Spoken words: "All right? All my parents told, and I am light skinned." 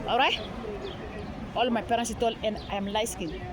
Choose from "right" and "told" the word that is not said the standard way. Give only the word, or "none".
told